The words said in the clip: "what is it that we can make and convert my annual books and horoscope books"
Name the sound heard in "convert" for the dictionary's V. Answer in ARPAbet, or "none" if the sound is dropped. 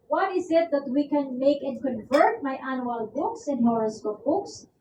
V